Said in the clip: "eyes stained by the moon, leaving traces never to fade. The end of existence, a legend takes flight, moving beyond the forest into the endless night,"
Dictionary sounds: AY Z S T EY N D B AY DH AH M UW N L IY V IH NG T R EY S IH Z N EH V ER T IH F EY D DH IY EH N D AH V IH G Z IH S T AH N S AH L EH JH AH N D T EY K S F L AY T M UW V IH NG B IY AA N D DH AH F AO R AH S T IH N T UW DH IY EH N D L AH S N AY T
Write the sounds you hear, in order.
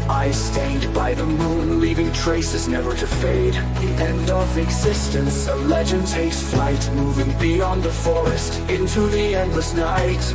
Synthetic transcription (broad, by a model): AY S T EY D B AY DH AH M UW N L IY V IH NG T R EY S IH Z N EH V ER T IH F EY D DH IY EH N D AH V IH G Z IH S T AH N S AH L EH JH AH N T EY S F L AY T M UW V IH NG B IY AA N DH AH F AO R AH S T IH N T UW DH IY EH N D L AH S N AY T